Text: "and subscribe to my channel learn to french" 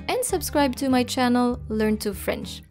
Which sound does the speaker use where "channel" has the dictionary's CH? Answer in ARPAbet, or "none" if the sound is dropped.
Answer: CH